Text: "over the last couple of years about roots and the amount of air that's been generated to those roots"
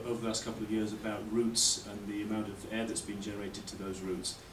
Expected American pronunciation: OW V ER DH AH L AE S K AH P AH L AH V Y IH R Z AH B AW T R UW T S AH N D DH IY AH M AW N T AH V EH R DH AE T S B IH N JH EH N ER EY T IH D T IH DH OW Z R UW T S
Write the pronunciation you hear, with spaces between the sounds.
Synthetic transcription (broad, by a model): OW V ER DH AH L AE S K AH P L AH V Y IH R Z AH B AW T R UW T S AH N DH IY AH M AW N T AH V EH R DH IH T S B IH N JH EH N ER EY T IH D T IH DH OW Z R UW T S